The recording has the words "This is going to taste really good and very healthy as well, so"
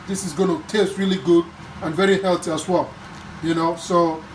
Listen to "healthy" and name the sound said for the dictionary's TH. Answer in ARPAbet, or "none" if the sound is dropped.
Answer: T